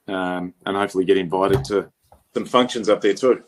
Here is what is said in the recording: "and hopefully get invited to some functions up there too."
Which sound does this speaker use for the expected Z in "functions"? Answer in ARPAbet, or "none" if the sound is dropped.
Z